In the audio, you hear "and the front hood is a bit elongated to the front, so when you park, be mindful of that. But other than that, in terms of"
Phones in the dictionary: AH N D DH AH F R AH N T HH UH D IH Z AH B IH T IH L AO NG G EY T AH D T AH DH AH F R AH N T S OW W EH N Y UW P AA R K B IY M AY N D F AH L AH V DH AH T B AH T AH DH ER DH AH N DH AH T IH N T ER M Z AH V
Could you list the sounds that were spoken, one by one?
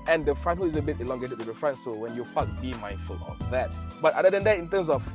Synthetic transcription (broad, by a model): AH N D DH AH F R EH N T HH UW IH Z AH B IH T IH L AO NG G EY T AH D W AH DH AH F R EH N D S OW W EH N Y UW F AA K B IY M AY N D F AH L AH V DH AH T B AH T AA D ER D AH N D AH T IH N T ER M S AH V